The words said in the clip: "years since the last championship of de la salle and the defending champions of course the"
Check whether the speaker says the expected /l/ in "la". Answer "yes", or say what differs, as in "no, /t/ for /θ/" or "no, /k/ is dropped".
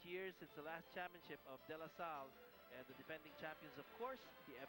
yes